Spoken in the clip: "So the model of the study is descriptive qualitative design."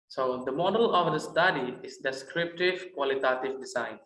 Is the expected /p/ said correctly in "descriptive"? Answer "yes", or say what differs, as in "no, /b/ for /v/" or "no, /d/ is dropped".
yes